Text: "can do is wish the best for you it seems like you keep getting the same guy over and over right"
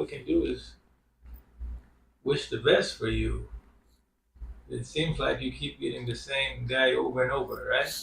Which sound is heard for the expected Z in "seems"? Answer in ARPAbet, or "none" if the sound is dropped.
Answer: Z